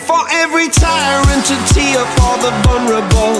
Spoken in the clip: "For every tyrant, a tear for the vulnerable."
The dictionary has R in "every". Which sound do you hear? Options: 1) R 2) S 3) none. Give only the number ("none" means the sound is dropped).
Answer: 1